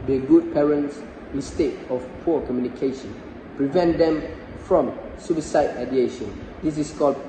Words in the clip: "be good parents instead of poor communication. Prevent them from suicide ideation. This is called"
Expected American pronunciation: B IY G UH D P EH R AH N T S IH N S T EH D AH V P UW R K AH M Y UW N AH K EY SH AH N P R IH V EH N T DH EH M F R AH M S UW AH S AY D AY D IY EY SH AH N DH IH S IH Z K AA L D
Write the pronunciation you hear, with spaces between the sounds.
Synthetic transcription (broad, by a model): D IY G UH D P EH R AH N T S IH S T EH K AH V P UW K AH M Y UW N AH K EY SH AH N P R IH V EH N T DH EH M F R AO M S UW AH S AY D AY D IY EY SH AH N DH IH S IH S K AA L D